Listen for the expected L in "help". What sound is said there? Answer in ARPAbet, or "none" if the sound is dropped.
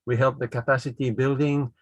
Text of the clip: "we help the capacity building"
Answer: L